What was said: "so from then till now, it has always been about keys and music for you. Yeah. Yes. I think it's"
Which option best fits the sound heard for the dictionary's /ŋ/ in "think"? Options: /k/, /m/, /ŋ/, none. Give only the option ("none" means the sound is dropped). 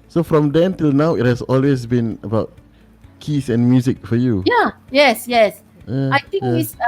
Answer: none